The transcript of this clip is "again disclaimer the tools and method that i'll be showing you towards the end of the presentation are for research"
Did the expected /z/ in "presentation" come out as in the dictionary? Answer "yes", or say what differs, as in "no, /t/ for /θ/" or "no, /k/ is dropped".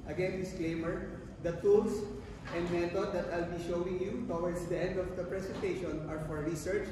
no, /s/ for /z/